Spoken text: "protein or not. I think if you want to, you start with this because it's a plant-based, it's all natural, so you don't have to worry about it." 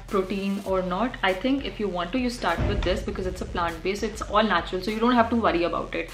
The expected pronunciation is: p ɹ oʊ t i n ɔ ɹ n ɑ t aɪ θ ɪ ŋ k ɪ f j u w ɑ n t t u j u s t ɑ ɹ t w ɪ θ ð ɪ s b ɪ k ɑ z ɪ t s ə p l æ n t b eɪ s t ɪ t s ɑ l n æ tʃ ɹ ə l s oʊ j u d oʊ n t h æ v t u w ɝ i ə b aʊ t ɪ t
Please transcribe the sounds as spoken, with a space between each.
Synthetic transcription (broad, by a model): p ɹ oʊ t i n ɔ ɹ n ɑ t aɪ t ɪ ŋ k ɪ f j u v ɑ n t t u j u s t ɑ ɹ t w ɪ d ɪ s b ɪ k ɑ z ɪ t s ə p l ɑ n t b eɪ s ɪ t s ɑ l n æ tʃ ɹ ə l s oʊ j u d oʊ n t h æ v t u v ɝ i ə b aʊ t ɪ t